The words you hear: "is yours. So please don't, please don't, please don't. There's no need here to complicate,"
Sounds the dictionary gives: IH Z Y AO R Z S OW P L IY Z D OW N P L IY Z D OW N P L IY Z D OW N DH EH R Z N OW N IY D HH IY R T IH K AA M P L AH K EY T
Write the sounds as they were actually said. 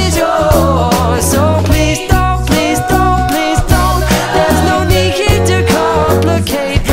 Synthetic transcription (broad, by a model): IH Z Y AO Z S OW P L IY Z D OW N P L IY Z D OW N P L IY Z D OW N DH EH R Z N OW N IY D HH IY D T IH K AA M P L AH K EY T